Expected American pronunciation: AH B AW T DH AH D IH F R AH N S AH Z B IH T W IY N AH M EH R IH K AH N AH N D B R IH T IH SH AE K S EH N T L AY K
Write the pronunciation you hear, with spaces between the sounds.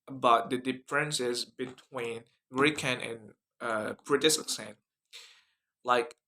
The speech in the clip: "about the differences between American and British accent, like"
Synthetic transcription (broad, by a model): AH B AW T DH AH D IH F R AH N S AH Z B IH T W IY N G R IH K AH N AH N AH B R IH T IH S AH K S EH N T L AY K